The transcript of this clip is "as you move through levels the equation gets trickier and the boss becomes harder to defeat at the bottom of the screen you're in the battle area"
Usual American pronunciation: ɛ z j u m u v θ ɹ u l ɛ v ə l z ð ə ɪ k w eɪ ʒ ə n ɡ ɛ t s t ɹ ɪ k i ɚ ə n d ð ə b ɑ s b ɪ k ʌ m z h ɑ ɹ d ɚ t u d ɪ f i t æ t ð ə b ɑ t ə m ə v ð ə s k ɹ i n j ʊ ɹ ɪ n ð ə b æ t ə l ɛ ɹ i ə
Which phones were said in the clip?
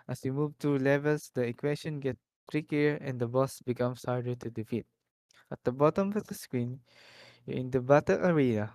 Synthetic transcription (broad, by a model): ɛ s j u m u v t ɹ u l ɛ v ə l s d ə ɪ k w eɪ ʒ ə n ɡ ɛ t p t ɹ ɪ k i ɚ ə n d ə b ɑ s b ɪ k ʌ m s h ɑ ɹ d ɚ t u d ɪ f i t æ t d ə b ɑ t ə m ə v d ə s k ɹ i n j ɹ ɪ n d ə b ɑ t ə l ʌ ɹ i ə